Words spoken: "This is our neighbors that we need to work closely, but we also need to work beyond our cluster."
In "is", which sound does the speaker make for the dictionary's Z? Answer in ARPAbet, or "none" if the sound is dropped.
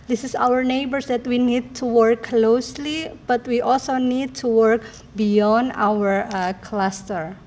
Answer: S